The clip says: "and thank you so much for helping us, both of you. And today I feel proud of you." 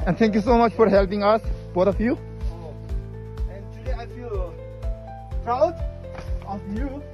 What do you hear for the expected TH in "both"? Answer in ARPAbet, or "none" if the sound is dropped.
T